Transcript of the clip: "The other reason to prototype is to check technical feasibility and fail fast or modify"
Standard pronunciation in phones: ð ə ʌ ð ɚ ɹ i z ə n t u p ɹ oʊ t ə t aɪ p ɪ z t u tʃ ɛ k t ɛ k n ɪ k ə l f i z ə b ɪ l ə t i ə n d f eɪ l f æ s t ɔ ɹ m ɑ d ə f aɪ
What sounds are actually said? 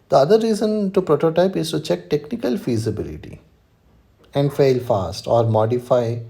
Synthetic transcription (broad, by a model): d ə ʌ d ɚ ɹ i z ə n t u p ɹ oʊ t ə t aɪ p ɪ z t u tʃ ɛ k t ɛ k n ɪ k ə l f i z ə b ɪ l ə t i ə n d f eɪ l f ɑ s t ɔ ɹ m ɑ d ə f aɪ